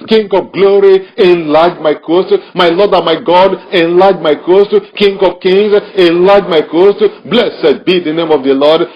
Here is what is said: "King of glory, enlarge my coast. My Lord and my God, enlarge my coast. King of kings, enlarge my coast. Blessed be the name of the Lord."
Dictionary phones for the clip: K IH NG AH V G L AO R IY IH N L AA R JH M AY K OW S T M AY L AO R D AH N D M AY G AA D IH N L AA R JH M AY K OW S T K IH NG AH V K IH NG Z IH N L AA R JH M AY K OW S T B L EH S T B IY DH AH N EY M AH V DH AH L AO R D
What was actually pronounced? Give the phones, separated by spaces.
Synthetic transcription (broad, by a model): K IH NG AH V G L AO R IY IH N L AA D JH M AY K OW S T M AY L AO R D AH M AY G AA D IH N L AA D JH M AY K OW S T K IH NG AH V K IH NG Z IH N L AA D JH M AY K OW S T B L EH S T B IY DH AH N EY M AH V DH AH L AO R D